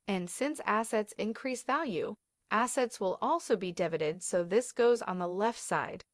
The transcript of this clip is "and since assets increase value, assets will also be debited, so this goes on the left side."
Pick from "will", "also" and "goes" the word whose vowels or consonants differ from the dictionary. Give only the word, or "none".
none